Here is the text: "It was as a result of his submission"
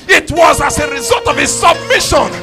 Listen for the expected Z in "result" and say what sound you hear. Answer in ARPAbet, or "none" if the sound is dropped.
Z